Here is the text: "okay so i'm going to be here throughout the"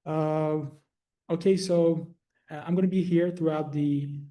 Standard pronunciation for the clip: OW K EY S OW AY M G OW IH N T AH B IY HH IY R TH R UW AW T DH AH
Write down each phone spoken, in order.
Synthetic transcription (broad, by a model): OW K EY S OW AY M G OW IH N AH B IY HH IY R TH R UW AW T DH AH